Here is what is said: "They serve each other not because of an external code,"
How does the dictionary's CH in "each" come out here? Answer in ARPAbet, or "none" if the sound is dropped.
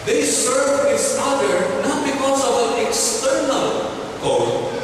S